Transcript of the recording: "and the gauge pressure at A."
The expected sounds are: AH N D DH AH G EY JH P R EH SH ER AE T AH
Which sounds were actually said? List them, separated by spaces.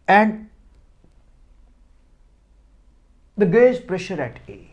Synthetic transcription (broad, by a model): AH N D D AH G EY Z P R EH SH ER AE T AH